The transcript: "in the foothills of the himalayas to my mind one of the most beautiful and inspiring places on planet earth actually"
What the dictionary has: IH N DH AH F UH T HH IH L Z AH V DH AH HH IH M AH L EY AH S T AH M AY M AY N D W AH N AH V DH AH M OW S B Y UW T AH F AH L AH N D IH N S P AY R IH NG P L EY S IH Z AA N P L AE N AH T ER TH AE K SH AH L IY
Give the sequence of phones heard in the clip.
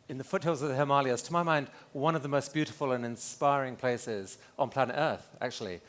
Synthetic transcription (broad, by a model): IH N DH AH F UH T HH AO L Z AH V DH AH HH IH M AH L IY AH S T AH M AY M AY N D W AH N AH V DH AH M OW S B Y UW T AH F AH L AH N IH N S P AY R IH NG P L EY S IH Z N P L AE N AH T ER TH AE K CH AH L IY